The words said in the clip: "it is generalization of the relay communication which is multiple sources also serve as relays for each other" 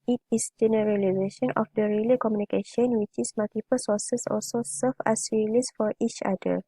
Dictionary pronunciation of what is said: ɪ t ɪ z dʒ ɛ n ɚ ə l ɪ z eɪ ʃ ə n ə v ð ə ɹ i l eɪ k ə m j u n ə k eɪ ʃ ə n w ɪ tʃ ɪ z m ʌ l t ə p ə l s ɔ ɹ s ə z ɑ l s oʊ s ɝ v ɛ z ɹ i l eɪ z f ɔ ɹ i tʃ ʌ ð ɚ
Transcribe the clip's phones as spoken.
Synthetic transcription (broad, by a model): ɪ t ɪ s dʒ ɛ n ɚ ə l ɪ z eɪ ʃ ə n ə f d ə ɹ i l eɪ k ə m j u n ə k eɪ ʃ ə n w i tʃ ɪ s m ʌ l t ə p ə l s ɔ s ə s ɑ l s oʊ s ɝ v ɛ s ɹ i l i s f ɔ ɹ i tʃ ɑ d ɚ